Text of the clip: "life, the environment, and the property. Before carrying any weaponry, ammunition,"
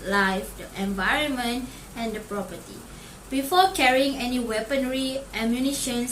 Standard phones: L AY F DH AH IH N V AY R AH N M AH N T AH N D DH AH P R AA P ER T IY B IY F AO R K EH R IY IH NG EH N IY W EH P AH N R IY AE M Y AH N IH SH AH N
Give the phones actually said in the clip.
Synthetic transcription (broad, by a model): L AY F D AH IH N V AY R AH N M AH N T AH N D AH P R AA P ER T IY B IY F AO K EH R IY IH NG EH N IY W EH P AH N R IY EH M Y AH N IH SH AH N